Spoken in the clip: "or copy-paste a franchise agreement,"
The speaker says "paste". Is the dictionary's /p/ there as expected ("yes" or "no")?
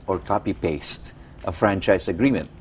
yes